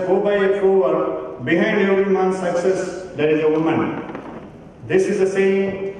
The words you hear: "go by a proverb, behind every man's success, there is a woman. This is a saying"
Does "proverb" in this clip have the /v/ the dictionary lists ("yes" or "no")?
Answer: no